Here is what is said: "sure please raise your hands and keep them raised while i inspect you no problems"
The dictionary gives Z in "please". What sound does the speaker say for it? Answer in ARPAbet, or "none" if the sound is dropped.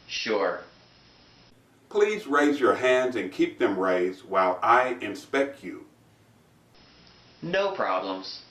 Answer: Z